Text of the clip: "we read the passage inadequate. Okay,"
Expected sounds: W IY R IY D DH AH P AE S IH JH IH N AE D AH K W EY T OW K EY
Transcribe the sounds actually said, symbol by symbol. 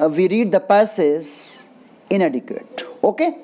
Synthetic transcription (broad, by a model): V IY R IY D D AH P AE S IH Z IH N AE D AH K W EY T OW K EY